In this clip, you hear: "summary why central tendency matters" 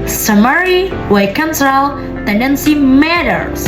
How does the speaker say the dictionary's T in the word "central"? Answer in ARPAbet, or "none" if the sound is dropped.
S